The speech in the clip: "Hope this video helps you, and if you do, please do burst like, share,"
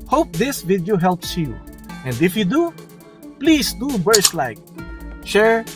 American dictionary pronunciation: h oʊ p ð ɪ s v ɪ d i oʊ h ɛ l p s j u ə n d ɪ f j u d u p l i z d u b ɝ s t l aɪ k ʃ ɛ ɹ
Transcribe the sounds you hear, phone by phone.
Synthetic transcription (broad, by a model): h oʊ p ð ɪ s v ɪ d i oʊ h ɛ l p s j u ə n d ɪ f j u d u p l i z d u b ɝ s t l aɪ k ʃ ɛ ɹ